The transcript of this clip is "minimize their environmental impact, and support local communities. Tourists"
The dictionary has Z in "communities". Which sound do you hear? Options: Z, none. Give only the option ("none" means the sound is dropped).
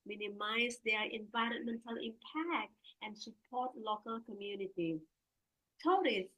none